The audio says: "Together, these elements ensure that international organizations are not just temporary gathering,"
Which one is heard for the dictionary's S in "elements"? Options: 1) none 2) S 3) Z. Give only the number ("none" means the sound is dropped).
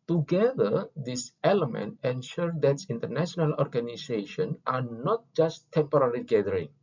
1